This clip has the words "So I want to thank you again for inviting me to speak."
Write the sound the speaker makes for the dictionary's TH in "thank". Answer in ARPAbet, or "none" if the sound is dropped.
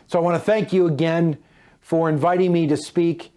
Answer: TH